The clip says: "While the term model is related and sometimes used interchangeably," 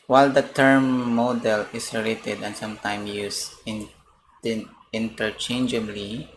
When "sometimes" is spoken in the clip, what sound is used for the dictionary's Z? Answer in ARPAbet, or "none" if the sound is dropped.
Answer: none